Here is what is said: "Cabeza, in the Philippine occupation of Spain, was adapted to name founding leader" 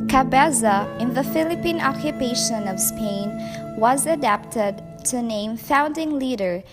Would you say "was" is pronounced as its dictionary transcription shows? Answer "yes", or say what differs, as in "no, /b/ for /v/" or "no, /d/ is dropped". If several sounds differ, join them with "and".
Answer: yes